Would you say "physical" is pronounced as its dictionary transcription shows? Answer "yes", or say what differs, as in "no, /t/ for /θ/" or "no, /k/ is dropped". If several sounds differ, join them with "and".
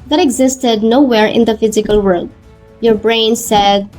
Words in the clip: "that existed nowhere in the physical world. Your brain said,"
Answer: yes